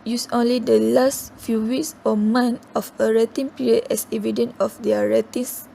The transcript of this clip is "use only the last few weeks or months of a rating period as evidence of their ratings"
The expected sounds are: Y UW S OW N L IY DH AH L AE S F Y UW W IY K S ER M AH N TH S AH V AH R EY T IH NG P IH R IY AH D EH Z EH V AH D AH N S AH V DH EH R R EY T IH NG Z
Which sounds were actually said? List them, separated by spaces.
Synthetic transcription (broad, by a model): Y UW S OW N L IY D AH L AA S F Y UW W IY K S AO M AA N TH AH F AH R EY T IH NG P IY R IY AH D EH S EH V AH D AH N AH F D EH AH R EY T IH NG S